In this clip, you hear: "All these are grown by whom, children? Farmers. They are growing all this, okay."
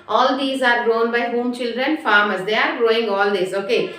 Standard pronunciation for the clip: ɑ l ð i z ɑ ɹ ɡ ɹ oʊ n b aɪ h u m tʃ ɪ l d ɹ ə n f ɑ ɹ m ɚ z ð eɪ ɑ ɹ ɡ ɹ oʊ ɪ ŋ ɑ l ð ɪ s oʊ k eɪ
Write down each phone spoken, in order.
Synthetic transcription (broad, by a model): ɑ l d i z ɑ ɹ ɡ ɹ oʊ n b aɪ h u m tʃ ɪ l d ɹ ə n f ɑ ɹ m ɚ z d eɪ ɑ ɹ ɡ ɹ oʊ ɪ ŋ ɑ l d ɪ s oʊ k eɪ